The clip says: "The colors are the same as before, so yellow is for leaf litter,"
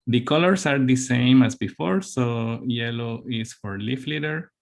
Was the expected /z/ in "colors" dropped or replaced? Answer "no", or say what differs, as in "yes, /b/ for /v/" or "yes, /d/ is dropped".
yes, /s/ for /z/